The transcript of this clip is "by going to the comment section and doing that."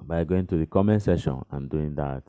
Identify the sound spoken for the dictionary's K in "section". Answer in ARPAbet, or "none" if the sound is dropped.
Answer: none